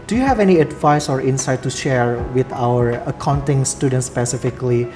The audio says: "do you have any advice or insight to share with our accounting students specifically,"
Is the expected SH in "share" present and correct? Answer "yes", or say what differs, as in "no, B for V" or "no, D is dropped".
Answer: yes